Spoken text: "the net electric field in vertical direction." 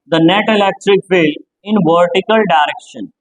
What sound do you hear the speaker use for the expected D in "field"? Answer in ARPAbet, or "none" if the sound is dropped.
none